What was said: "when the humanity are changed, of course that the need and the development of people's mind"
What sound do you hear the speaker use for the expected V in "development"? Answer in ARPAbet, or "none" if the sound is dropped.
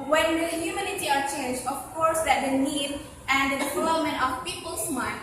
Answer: F